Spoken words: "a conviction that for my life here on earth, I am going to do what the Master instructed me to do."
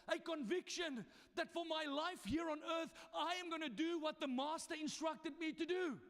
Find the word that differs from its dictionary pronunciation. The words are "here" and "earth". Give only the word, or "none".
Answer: none